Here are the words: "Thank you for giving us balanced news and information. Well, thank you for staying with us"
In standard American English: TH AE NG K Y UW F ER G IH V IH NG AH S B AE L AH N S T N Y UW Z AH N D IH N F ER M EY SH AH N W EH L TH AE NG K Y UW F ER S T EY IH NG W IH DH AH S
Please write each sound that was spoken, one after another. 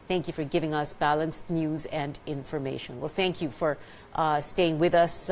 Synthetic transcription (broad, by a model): TH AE NG K Y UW F ER G IH V IH NG AH S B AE L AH N S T N Y UW Z AH N D IH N F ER M EY SH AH N W EH L TH AE NG K Y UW F ER S T EY IH NG W IH DH AH S